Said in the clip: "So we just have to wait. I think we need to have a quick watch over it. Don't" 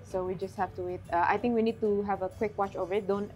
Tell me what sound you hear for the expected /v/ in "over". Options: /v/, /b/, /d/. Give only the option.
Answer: /v/